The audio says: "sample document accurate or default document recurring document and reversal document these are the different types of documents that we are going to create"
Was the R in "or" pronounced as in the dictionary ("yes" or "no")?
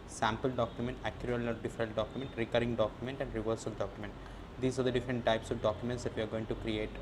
no